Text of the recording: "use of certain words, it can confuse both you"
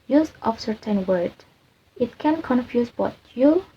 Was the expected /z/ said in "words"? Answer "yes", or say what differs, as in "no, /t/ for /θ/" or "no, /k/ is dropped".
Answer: no, /z/ is dropped